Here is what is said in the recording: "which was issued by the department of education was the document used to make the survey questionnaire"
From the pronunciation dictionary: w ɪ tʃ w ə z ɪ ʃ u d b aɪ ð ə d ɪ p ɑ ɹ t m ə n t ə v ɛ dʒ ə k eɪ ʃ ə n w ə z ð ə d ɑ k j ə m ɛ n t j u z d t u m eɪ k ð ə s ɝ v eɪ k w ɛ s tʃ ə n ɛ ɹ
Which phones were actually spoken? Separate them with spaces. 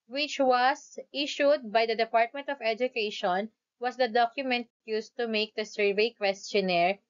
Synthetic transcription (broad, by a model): w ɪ tʃ w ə s ɪ ʃ u d b aɪ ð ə d ɪ p ɑ ɹ t m ə n t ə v ɛ dʒ ə k eɪ ʃ ə n w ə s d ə d ɑ k j ə m ɛ n t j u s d t u m eɪ k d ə s ɝ v eɪ k w ɛ s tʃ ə n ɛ ɹ